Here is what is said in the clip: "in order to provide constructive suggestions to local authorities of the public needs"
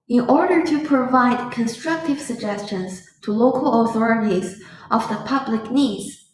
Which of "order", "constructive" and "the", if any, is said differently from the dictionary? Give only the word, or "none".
none